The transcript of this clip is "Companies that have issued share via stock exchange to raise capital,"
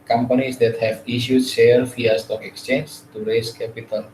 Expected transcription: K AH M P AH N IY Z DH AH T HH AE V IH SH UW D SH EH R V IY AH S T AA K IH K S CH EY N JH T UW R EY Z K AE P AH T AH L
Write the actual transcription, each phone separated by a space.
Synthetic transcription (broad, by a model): K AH M P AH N IY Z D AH T HH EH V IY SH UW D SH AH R F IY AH S T AA K IH K S CH EY N JH T UW R EY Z K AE P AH T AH L